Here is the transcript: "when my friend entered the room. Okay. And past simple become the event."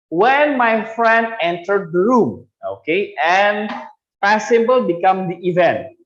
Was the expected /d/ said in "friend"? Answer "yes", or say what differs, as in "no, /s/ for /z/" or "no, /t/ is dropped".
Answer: yes